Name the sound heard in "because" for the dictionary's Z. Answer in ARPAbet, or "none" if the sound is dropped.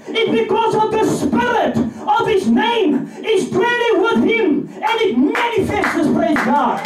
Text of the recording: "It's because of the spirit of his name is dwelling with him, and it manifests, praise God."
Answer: Z